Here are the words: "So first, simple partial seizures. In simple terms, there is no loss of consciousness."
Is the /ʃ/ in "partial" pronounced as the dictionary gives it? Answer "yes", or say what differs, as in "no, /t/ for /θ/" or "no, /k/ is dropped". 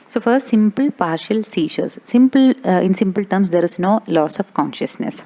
yes